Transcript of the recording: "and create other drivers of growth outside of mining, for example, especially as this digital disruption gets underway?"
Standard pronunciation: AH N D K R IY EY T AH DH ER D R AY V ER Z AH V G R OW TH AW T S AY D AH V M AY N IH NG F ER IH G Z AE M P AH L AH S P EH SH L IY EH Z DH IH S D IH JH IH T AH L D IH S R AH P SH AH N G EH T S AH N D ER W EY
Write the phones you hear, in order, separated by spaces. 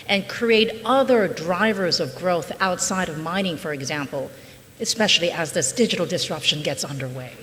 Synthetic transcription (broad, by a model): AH N K R IY EY T AH DH ER D R AY V ER Z AH V G R OW TH AW T S AY D AH V M AY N IH NG F ER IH G Z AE M P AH L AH S P EH SH L IY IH Z DH IH S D IH JH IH T L D IH S R AH P SH AH N G EH T S AH N D ER W EY